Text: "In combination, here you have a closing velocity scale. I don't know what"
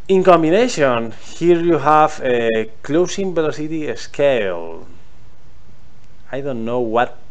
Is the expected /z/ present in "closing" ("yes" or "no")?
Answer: no